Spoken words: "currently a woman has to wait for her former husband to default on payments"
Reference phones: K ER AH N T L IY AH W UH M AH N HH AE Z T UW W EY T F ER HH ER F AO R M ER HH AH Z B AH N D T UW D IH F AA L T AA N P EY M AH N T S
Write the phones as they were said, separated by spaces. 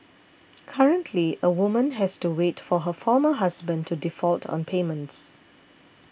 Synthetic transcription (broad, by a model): K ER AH N T L IY AH W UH M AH N HH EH S T UW W EY T F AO HH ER F AO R M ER HH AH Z B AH N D T UW D IH F AA L T AA N P EY M AH N T S